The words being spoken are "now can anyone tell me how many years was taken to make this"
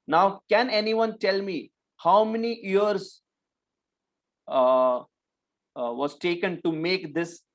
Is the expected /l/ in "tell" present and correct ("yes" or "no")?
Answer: yes